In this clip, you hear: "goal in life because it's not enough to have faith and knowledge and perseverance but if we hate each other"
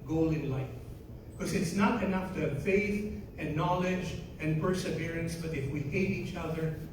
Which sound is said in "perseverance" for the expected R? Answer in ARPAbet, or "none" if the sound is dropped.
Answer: R